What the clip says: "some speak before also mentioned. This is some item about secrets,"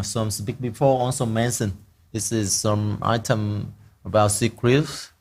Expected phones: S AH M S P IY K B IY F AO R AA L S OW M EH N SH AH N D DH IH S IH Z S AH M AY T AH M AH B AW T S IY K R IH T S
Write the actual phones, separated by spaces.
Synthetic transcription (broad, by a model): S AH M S B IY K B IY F AO AA L S OW M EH N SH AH N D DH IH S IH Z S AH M AY T AH M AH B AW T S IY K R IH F